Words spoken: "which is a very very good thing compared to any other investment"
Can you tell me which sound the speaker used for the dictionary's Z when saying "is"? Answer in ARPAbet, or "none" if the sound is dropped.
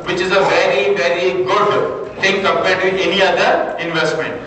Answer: Z